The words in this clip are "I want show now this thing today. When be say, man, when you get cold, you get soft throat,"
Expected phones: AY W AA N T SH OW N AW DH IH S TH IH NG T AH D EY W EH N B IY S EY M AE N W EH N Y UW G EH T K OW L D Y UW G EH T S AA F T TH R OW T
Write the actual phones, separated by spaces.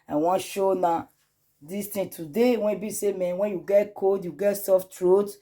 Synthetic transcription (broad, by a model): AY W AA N SH OW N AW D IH S T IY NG T AH D EY W EH N B IY S EY M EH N W EH N Y UW G EH T K OW D Y UW G EH T S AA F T R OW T